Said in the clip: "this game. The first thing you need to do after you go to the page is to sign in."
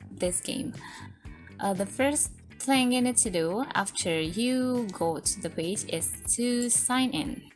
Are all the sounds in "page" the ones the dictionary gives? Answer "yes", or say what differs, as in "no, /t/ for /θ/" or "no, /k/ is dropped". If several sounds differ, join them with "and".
yes